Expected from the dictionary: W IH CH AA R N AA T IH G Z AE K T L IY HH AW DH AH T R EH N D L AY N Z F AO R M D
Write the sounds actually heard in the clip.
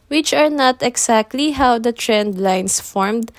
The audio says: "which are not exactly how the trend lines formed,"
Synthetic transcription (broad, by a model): W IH CH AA R N AA T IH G S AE K T L IY HH AW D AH T R EH N D L AY N S F AO R M D